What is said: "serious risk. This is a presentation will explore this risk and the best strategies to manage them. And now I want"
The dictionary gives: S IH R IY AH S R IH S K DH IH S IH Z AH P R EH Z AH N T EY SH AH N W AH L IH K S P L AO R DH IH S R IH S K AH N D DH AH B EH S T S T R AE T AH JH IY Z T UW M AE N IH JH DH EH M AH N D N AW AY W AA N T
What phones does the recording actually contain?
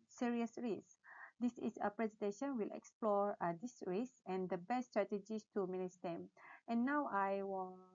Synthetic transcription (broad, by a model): S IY R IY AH S R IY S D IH S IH S AH P R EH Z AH N T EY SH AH N W AH L IH K S P L AO R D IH S R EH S AH N D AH B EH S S T R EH T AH JH IY S T UW M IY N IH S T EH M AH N N AW AY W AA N